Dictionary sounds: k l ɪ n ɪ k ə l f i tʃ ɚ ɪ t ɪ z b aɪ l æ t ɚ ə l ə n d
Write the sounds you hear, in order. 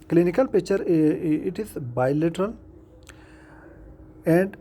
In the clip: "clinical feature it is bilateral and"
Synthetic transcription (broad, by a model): k l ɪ n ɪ k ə l p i tʃ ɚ ɪ t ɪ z b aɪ l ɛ t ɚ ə l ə n d